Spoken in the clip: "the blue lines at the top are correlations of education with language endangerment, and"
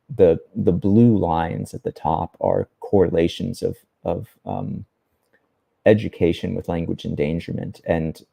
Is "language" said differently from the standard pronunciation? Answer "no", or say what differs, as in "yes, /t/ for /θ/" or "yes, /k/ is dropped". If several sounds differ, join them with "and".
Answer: no